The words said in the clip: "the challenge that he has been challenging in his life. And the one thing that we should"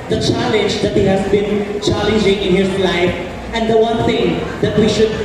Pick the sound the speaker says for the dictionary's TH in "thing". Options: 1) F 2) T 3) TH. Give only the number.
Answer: 2